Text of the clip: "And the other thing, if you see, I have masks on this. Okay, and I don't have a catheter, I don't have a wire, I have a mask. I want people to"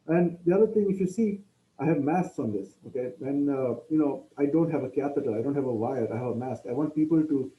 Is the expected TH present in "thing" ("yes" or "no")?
no